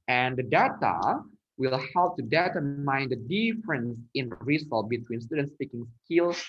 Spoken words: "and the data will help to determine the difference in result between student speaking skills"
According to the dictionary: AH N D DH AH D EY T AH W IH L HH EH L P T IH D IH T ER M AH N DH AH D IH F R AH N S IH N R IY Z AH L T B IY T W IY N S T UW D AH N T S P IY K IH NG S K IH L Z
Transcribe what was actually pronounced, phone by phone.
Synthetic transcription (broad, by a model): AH N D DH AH D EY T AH W IH L HH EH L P T IH D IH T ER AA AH N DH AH D IH F R AH N S IH N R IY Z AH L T B IY T W IY N S T UW D AH N T S P IY K IH NG S K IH L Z